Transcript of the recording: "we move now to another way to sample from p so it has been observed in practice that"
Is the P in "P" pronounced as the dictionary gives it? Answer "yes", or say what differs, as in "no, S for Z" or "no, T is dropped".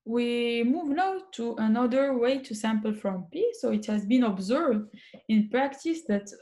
yes